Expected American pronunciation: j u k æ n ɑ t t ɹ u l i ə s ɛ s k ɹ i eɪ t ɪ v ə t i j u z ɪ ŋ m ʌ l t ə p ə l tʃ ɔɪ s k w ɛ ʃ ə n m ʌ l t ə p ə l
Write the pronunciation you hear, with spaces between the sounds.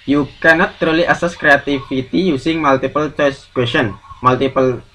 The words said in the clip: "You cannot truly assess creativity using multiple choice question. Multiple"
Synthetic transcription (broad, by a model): j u k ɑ n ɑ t t ɹ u l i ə s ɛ s k ɹ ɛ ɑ t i f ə t i j u s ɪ ŋ m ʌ l t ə p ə l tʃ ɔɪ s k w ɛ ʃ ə n m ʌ l t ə p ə l